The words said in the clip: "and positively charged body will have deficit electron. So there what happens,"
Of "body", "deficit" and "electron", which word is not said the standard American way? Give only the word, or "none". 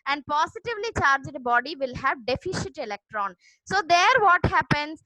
deficit